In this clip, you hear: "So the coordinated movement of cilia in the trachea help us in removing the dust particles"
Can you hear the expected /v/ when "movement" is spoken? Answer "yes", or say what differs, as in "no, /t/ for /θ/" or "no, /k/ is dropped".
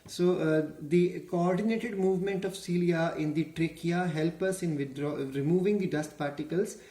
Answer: yes